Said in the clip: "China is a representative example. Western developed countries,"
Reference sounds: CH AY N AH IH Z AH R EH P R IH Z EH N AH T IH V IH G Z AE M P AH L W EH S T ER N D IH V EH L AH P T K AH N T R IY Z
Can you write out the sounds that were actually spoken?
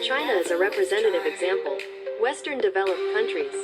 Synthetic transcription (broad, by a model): CH AY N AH IH Z AH R EH P R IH Z EH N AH T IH V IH G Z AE M P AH L W EH S T ER N D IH V EH L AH P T K AH N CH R IY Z